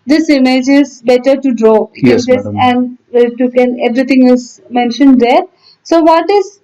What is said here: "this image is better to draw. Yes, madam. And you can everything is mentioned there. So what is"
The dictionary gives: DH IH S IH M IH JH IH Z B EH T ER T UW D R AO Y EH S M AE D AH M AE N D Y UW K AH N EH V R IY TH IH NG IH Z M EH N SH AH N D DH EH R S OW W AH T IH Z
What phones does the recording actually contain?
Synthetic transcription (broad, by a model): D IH S IH M IH JH IH Z B EH T ER T UW D R AO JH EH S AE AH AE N D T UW K AH N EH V R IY T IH NG IH Z M EH N SH AH N D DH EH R S OW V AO T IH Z